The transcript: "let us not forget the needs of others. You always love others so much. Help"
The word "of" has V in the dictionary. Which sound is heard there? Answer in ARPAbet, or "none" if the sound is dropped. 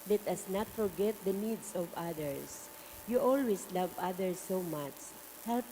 V